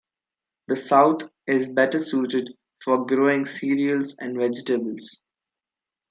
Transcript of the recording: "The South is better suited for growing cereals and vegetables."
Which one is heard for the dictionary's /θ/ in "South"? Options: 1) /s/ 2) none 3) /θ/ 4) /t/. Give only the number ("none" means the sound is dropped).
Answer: 4